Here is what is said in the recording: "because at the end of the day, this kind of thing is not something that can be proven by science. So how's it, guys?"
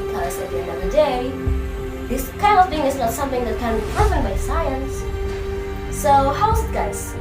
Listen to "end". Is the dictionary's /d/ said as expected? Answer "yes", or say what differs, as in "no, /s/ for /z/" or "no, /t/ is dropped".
no, /d/ is dropped